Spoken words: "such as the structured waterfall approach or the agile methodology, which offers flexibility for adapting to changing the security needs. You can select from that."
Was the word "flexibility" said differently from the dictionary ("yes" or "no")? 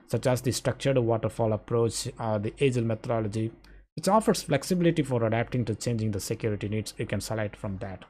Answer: no